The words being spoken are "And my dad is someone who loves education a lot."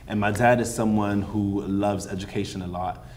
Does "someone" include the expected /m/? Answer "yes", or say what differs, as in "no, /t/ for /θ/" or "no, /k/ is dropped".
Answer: yes